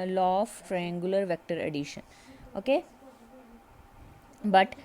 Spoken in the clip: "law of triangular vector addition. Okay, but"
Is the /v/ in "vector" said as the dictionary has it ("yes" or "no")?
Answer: yes